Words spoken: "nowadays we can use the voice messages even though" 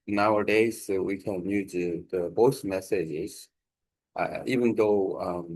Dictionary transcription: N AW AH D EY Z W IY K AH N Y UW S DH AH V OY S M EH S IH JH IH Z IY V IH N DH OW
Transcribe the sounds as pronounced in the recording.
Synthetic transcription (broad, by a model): N AW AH D EY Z W IY K AH N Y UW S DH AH B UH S M EH S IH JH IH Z IY V IH N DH OW